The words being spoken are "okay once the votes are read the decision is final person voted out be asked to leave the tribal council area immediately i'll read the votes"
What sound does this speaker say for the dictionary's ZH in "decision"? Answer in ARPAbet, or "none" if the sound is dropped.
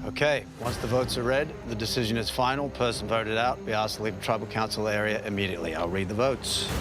ZH